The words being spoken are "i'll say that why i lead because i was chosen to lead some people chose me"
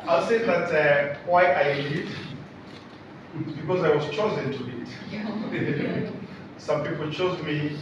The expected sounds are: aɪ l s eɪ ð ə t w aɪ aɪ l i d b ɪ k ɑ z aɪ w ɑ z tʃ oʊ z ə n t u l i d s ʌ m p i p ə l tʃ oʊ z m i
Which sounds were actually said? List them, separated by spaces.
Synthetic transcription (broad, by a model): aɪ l s eɪ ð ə t w aɪ aɪ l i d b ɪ k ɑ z aɪ w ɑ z tʃ oʊ z ə n t u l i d s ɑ m p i p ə l tʃ oʊ z m i